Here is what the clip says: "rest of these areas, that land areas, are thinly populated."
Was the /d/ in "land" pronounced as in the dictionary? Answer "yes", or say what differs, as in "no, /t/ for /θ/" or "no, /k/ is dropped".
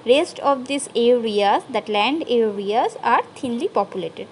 yes